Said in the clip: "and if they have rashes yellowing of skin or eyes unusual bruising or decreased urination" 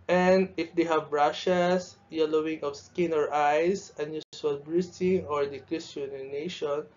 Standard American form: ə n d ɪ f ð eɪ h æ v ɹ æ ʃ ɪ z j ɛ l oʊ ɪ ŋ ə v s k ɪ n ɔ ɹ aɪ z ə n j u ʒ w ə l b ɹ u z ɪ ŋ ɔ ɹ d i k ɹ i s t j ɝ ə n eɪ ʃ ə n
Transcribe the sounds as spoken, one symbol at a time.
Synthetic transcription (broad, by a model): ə n d ɪ f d eɪ h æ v ɹ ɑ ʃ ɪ s j ɛ l oʊ ɪ ŋ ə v s k ɪ n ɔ ɹ aɪ s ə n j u s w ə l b ɹ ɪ s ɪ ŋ ɔ ɹ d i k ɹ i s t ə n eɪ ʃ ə n